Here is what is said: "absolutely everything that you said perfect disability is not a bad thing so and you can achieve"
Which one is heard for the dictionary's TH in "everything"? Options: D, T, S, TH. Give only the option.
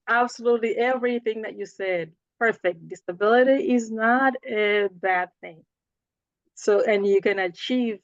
TH